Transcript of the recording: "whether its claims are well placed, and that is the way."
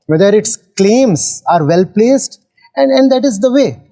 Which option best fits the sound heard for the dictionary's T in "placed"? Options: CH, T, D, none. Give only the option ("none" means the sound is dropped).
T